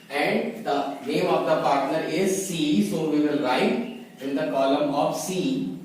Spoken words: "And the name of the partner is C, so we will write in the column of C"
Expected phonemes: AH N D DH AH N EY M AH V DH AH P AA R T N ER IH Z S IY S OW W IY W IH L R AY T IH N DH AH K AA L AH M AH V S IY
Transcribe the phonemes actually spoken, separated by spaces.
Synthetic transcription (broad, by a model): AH N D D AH N EY M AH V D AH P AA R T N ER IH Z S IY S OW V IY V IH L R AY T IH N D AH K AA L AH M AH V S IY